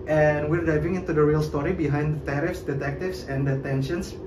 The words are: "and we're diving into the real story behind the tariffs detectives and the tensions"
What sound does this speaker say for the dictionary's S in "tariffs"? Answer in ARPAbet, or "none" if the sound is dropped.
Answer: S